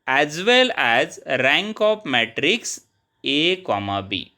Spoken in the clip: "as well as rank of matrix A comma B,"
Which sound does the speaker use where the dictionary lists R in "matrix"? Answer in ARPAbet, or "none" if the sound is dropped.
R